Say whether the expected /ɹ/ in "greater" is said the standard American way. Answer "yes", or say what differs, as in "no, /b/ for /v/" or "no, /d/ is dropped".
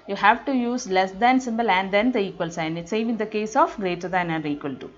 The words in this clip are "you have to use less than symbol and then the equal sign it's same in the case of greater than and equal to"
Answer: yes